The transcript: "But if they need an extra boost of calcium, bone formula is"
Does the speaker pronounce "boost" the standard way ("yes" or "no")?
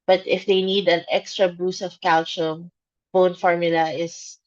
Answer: no